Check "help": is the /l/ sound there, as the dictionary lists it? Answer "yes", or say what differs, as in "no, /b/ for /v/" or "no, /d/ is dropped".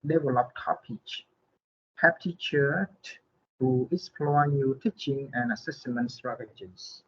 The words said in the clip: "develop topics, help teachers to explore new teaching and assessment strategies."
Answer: no, /l/ is dropped